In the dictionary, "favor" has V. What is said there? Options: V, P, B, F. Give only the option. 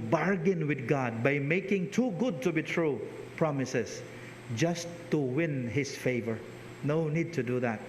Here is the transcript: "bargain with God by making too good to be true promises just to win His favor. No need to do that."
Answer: V